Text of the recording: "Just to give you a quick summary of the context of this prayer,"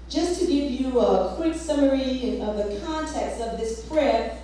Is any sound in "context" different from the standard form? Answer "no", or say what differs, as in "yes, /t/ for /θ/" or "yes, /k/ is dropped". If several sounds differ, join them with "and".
no